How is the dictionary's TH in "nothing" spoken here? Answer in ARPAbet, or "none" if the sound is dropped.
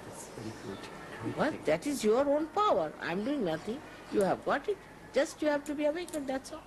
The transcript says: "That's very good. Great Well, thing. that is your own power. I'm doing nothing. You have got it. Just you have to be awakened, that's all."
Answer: T